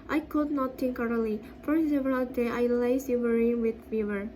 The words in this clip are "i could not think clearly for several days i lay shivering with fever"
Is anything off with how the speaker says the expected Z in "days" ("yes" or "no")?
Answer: yes